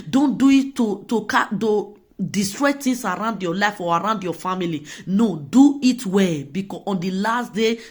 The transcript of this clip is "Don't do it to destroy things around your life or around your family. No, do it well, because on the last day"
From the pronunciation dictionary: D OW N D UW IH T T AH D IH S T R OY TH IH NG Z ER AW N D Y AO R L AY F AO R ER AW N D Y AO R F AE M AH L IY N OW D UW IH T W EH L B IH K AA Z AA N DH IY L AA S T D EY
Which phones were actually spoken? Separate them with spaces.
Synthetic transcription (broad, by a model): D OW N D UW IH T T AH D IH S T R OY T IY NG S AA AW N D Y AO L AY F AO R AW N D Y AO F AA M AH L IY N OW D UW IH T W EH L B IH K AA AA N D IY L AA S T D EY